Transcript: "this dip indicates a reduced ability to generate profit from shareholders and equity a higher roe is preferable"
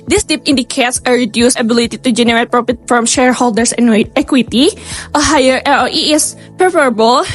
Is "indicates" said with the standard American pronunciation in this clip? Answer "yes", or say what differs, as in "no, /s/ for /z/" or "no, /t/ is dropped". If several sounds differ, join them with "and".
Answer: yes